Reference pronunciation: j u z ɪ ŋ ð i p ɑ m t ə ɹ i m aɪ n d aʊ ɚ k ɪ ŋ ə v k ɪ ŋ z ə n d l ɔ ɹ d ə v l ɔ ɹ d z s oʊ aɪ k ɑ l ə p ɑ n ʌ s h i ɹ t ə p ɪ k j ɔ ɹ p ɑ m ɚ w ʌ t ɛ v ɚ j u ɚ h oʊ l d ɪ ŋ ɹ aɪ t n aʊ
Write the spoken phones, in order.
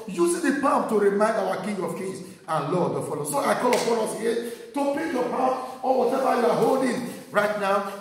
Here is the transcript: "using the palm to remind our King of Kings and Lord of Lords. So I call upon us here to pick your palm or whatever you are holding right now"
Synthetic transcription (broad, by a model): j u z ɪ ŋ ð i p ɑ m t ə ɹ i m aɪ n d aʊ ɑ k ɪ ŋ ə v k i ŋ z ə n l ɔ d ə f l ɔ s oʊ aɪ k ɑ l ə f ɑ l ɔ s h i t ə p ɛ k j ɔ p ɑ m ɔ w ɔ t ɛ v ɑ j u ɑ h oʊ l d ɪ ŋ ɹ aɪ t n aʊ